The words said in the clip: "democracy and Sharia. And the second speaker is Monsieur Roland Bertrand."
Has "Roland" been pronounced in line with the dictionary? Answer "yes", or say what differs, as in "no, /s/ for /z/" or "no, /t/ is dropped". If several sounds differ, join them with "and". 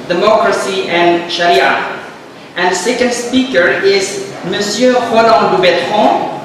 no, /n/ is dropped